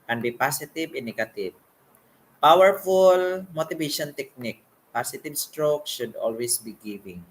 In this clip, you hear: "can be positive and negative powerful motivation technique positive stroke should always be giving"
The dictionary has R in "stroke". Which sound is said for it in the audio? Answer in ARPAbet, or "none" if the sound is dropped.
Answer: R